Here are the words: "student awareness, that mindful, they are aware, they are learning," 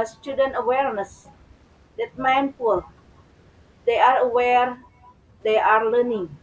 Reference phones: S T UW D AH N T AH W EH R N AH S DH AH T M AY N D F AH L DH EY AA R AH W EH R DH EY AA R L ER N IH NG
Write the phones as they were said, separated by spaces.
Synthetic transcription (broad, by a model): S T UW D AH N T AH W EH R N AH S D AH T M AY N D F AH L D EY AA R AH W EH R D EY AA R L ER N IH NG